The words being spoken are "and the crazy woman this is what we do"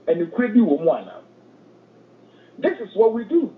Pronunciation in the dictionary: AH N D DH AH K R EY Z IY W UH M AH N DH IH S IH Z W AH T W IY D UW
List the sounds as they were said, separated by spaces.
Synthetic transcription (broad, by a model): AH N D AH K EY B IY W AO M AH N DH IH S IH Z W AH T W IY D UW